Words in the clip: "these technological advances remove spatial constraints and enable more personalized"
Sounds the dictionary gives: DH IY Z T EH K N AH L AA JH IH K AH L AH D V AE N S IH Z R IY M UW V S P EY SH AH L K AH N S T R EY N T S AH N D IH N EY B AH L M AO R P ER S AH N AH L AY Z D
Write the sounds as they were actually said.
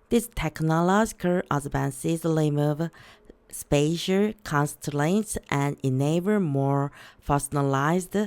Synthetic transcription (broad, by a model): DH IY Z T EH K N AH L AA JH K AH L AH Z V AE N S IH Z L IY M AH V S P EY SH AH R K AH N S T L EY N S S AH N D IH N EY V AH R M AO R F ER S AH N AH L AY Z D